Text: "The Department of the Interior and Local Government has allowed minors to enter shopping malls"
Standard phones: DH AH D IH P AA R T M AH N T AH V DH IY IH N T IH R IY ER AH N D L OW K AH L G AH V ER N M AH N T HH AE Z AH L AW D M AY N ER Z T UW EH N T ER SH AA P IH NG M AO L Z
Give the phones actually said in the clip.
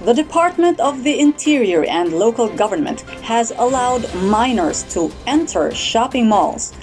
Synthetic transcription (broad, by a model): DH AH D IH P AA R T M AH N T AH V DH IY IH N T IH R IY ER AH N D L OW K AH L G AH V ER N M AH N T HH AE Z AH L AW D M AY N ER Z T UW EH N T ER SH AA P IH NG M AO L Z